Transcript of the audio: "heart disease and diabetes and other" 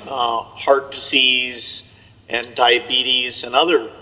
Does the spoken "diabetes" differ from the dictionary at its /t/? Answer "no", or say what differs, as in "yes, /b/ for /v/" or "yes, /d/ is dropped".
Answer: no